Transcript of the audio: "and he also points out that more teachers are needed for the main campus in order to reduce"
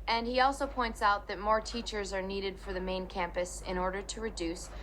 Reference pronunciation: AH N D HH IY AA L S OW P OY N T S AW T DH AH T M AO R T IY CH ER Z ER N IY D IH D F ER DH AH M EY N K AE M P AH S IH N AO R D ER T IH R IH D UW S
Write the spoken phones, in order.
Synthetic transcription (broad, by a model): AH N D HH IY AA L S OW P OY N T S AW T DH AH T M AO R T IY CH ER Z ER N IY D IH D F ER DH AH M EY N K AE M P AH S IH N AO R D ER T IH R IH D UW S